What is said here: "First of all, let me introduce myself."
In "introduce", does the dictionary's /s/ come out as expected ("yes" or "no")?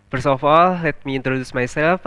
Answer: yes